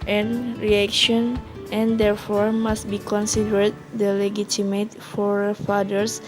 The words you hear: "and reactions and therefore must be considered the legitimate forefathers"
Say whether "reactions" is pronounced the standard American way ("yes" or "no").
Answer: no